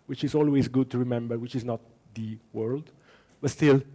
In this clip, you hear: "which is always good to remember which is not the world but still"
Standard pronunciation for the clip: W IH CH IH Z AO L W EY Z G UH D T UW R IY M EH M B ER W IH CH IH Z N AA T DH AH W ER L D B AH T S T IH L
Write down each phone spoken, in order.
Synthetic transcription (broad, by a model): W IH CH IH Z AO L W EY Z G UH D T UW R IY M EH M B ER W IH CH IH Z N AA T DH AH W ER L D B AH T S T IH L